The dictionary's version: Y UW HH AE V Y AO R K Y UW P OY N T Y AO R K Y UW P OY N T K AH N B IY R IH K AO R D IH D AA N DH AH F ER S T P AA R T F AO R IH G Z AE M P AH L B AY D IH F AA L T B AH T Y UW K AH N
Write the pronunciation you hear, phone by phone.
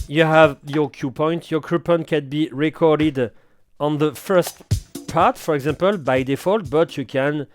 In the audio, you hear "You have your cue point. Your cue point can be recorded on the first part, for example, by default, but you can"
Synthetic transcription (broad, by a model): Y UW HH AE V Y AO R K Y UW P OY N T Y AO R K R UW P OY N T K AH N B IY R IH K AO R D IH D AA N DH AH F ER S T P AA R T F AO R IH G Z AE M P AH L B AY D IH F AA L T B AH T Y UW K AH N